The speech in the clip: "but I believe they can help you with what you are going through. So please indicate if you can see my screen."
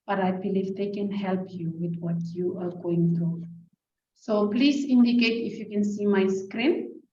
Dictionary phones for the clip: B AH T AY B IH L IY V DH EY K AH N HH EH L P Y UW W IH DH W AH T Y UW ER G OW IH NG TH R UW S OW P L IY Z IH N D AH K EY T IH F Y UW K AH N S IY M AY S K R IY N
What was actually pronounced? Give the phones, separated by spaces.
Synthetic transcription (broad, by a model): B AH T AY B IH L IY V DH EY K AH N HH EH L P Y UW W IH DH W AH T Y UW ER G OW IH NG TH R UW S OW P L IY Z IH N D AH K EY T IH F Y UW K AH N S IY M AY S K R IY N